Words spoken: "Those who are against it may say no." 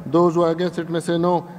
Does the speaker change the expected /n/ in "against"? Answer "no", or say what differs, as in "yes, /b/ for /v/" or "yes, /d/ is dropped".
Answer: yes, /n/ is dropped